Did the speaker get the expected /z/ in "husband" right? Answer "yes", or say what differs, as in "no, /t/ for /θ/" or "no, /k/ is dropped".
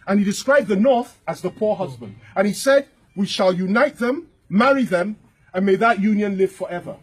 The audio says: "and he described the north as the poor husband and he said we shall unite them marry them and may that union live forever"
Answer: yes